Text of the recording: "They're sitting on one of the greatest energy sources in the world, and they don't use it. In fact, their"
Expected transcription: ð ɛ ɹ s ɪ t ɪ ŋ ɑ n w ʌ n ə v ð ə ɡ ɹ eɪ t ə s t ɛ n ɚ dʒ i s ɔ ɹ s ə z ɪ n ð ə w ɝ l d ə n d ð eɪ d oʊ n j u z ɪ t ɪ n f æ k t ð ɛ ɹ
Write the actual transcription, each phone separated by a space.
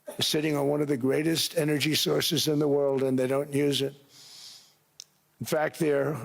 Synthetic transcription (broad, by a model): s ɪ t ɪ ŋ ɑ n w ʌ n ə v ð ə ɡ ɹ eɪ t ə s t ɛ n ɚ dʒ i s ɔ ɹ s ə z ɪ n ð ə w ɝ l d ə n ð eɪ d oʊ n j u z ɪ t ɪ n f æ k t ð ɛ ɹ